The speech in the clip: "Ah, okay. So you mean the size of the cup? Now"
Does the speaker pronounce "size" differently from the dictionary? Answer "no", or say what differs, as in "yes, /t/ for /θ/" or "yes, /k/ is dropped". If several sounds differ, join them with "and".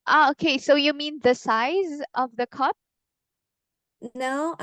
no